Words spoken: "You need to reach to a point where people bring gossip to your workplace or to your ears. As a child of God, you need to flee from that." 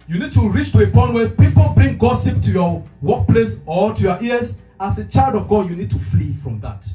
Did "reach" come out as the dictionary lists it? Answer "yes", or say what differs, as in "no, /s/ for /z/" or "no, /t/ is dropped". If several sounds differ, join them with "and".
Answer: yes